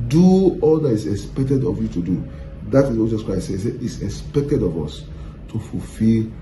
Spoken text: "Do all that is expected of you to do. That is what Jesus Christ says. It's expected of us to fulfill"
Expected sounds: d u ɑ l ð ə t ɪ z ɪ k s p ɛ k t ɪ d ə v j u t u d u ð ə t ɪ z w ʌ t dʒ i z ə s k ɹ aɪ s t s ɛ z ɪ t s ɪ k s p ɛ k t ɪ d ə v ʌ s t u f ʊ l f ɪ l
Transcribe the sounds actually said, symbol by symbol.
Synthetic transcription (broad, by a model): d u ɑ l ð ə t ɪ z ɪ k s p ɛ k t ɪ d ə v j u t u d u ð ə t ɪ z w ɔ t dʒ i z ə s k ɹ aɪ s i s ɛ ɪ t s ɪ k s p ɛ k t ɪ d ə v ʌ s t u f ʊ l f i l